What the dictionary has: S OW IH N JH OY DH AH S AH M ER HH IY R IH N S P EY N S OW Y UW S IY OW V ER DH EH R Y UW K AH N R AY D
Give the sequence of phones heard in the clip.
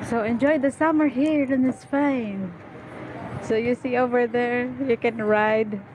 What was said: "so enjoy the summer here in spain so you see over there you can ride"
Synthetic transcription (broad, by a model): S OW IH N JH OY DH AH S AH M ER HH IY R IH N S F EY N S OW Y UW S IY OW V ER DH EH R Y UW K AH N R AY D